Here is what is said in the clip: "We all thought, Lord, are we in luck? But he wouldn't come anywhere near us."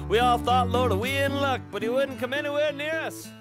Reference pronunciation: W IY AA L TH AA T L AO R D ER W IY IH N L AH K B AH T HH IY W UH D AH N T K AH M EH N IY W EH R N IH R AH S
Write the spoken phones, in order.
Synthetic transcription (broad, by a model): W IY AA L TH AA T L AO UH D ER W IY IH N L AH K B AH T HH IY W UH D N K AH M EH N IY W EH R N IH R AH S